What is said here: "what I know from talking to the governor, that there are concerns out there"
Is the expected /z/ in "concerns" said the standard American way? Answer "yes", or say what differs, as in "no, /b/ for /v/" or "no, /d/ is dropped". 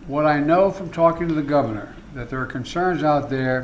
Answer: yes